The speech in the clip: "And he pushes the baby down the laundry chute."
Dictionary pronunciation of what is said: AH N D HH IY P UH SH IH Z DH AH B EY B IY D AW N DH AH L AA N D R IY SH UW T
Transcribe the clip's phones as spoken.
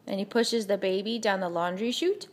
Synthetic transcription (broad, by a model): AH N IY P UH SH IH Z DH AH B EY B IY D AW N DH AH L AA N D R IY SH UW T